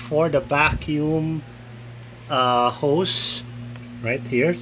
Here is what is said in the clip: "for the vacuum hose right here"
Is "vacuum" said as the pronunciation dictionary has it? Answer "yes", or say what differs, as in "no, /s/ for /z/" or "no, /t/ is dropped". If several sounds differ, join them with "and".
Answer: no, /b/ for /v/